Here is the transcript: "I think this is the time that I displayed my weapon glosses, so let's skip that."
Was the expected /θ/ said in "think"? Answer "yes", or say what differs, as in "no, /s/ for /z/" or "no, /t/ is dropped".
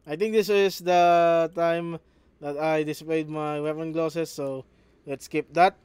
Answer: no, /t/ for /θ/